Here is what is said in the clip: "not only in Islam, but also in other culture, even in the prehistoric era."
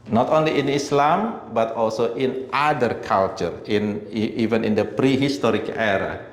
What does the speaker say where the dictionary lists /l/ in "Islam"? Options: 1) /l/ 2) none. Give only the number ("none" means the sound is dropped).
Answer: 1